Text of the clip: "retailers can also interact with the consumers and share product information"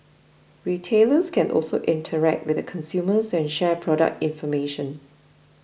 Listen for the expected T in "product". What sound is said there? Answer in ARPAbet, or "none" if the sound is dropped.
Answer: T